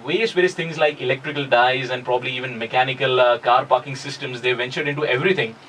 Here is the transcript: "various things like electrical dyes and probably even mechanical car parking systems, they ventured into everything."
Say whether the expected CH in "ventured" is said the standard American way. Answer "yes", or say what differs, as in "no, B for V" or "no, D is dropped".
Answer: yes